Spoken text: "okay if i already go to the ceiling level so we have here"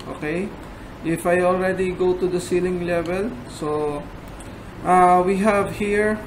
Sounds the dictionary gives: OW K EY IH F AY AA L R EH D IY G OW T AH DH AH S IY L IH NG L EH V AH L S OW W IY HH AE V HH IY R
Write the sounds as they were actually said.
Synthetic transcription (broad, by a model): OW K EY IH F AY AA L R EH D IY G OW T AH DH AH S IY L IH NG L EH V AH L S OW W IY HH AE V HH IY R